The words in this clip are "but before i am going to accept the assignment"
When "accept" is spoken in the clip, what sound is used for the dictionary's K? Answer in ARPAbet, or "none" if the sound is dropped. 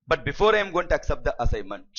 K